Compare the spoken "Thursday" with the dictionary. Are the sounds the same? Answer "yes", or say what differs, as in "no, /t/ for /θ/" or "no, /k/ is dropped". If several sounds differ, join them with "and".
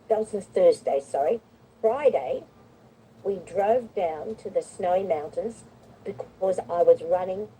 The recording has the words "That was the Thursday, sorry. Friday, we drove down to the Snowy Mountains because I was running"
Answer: yes